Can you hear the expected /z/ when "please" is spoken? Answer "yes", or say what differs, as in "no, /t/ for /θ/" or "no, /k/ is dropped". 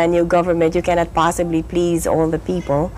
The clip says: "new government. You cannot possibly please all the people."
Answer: yes